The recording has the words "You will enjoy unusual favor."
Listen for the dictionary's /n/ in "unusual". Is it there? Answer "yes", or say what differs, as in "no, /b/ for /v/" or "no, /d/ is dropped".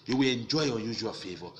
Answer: no, /n/ is dropped